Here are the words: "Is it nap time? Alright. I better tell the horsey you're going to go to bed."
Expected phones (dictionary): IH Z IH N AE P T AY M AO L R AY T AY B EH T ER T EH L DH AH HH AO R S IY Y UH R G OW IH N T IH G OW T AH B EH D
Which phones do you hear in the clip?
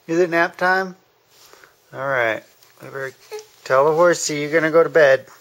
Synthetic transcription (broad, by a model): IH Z IH N AE P T AY M AO L R AY T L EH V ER T EH L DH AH HH AO R S IY Y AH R G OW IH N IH G OW T AH B EH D